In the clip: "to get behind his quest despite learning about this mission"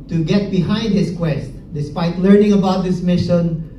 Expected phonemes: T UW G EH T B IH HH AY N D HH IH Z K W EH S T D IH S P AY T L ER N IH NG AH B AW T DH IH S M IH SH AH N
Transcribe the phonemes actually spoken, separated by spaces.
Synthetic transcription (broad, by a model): T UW G EH T B IH HH AY N D HH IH S K W EH S T D IH S P AY T L ER N IH NG AH B AW T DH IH S M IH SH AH N